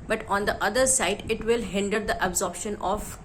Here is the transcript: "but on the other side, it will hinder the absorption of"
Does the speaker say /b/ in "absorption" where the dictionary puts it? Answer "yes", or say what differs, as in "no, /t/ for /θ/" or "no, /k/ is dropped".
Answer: yes